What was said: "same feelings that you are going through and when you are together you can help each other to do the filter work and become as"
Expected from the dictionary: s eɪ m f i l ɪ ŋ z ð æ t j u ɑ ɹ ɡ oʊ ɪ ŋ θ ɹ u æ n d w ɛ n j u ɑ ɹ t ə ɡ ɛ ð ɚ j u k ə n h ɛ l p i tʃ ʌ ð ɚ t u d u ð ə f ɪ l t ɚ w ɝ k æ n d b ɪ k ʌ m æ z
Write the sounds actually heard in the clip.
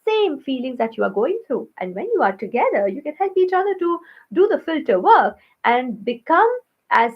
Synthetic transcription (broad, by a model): s eɪ m f i l ɪ ŋ z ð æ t j u ɑ ɹ ɡ oʊ ɪ ŋ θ ɹ u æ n d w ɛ n j u ɑ ɹ t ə ɡ ɛ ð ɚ j u k ə n h ɛ l p i tʃ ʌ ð ɚ t u d u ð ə f ɪ l t ɚ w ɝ k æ n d b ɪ k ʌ m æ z